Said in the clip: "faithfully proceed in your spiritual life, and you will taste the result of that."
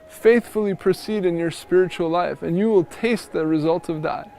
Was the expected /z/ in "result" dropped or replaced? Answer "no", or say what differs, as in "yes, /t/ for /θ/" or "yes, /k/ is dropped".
no